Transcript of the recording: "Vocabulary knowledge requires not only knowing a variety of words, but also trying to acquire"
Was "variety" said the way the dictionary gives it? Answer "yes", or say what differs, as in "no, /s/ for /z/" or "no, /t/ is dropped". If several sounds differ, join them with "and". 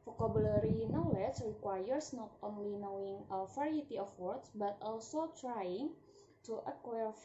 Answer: no, /f/ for /v/